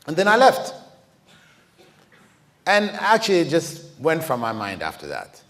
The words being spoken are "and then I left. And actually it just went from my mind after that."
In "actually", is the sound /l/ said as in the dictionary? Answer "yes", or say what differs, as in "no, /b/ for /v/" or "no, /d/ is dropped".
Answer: yes